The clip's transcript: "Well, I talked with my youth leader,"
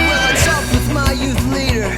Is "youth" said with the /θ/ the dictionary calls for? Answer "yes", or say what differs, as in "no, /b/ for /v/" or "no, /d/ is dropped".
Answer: yes